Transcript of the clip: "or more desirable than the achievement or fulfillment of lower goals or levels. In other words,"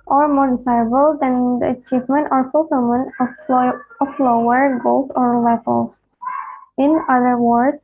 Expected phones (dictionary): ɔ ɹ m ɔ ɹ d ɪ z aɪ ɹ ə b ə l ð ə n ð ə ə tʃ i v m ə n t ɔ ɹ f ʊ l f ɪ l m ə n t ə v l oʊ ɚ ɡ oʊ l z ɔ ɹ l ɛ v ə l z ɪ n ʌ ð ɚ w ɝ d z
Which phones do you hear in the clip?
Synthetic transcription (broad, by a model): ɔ ɹ m ɔ ɹ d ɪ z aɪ ə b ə l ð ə n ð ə ə tʃ i v m ə n t ɔ ɹ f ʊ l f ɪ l m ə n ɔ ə f l oʊ ɚ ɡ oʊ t ɔ ɹ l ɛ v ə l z ɪ n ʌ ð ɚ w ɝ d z